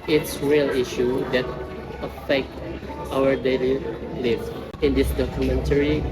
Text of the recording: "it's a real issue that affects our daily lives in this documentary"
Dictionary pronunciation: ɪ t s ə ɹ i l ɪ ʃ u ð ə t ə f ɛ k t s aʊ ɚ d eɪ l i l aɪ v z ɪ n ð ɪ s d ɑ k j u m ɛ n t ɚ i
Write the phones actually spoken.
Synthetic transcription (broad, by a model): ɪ t s ɹ i l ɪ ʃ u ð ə t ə f ɛ k t aʊ ɚ d eɪ l i l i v ɪ n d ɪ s d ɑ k j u m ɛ n t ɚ i